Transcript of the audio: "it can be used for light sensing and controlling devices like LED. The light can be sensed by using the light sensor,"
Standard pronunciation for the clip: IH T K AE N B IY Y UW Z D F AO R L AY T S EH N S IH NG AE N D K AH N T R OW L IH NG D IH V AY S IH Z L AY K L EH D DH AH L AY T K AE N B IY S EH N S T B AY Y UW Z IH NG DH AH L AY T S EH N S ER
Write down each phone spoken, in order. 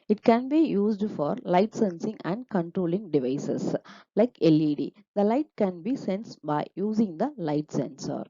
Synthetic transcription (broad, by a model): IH T K AE N B IY Y UW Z D F AO R L AY T S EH N S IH NG AE N D K AH N T R OW L IH NG D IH V AY S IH S L AY K L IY D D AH L AY T K AE N B IY S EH N S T B AY Y UW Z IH NG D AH L AY T S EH N S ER